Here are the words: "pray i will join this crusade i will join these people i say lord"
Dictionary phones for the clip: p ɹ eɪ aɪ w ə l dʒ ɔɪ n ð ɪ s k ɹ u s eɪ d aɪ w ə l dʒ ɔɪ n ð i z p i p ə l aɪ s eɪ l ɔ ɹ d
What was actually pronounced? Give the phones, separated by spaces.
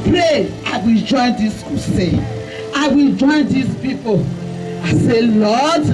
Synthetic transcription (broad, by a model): p ɹ eɪ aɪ w ə l dʒ ɔɪ n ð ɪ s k u s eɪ aɪ w ə l dʒ ɔɪ n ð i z p i p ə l aɪ s eɪ l ɔ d